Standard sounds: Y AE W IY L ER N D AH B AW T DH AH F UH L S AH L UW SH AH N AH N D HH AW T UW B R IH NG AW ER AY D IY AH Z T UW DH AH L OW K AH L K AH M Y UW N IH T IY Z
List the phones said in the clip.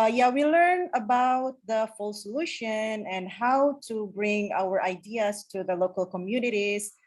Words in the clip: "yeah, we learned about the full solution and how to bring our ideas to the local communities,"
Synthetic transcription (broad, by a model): Y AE W IY L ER N AH B AW T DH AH F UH L S AH L UW SH AH N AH N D HH AW T UW B R IH NG AW ER AY D IY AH S T UW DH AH L OW K AH L K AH M Y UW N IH T IY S